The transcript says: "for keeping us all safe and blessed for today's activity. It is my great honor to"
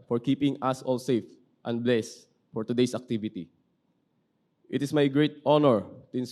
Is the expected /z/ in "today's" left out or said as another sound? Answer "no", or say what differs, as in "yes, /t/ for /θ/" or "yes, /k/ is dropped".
yes, /s/ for /z/